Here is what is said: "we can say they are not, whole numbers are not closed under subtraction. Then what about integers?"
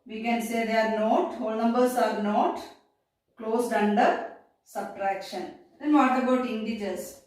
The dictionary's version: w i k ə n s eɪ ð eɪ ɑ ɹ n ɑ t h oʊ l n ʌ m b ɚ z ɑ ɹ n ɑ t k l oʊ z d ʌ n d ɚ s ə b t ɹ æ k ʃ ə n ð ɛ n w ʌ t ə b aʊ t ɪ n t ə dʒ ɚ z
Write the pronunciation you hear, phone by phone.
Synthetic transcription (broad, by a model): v i k ə n s eɪ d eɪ ɑ ɹ n ɑ t h oʊ l n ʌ m b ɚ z ɑ ɹ n ɑ t k l oʊ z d ʌ n d ɚ s ə b t ɹ æ k ʃ ə n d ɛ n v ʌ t ə b aʊ t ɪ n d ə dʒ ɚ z